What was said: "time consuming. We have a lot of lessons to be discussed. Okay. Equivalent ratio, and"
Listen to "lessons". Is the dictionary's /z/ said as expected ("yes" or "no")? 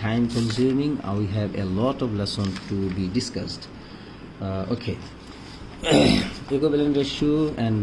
no